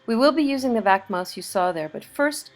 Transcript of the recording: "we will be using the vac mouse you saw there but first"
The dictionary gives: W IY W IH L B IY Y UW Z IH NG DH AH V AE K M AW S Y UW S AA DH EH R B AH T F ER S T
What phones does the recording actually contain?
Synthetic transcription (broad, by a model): W IY W IH L B IY Y UW Z IH NG DH AH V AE K M AW S Y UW S AA DH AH R B AH T F ER S T